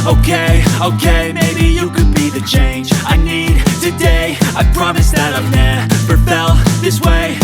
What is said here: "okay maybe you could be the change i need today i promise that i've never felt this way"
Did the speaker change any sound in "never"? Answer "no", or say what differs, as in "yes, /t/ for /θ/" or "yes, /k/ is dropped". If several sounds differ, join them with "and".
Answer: yes, /p/ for /v/